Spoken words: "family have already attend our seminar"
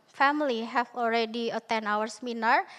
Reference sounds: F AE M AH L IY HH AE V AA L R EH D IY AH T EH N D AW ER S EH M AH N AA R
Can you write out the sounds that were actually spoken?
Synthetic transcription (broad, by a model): F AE M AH L IY HH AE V AA L R EH D IY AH T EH N AW ER S M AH N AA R